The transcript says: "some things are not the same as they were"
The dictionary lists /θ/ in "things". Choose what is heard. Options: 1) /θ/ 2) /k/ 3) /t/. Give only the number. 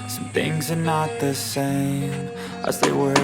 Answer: 1